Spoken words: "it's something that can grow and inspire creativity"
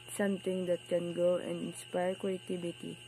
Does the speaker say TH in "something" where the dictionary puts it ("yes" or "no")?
no